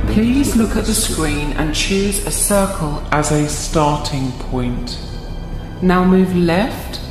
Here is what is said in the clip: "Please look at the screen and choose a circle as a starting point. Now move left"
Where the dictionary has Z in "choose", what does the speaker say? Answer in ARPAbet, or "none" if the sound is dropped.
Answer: Z